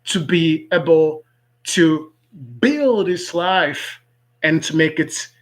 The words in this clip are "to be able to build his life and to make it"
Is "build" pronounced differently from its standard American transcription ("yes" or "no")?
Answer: no